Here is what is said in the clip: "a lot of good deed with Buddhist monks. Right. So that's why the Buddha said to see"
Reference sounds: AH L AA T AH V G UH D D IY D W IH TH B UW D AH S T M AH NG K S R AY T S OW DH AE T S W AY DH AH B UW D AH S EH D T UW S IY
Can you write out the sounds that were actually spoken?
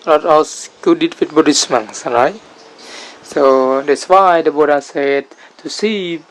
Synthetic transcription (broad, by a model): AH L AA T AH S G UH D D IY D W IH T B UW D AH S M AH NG S R AY T S OW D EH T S W AY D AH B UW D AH S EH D T UW S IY